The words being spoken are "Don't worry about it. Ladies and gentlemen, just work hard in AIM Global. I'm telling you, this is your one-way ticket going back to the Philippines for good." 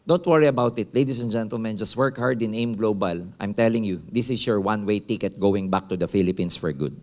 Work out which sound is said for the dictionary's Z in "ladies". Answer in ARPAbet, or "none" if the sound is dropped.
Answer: S